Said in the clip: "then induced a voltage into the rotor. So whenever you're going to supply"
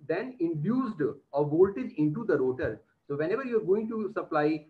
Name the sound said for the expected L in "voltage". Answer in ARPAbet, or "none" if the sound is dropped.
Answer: L